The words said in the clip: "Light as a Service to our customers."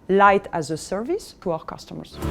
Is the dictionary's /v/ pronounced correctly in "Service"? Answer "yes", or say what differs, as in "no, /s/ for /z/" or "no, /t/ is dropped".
yes